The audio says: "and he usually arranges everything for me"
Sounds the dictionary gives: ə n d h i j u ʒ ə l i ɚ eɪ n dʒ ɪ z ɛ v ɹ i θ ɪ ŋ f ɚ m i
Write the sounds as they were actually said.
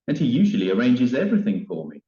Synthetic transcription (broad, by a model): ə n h i j u ʒ ə l i ɚ eɪ n dʒ ɪ z ɛ v ɹ i θ ɪ ŋ f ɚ m i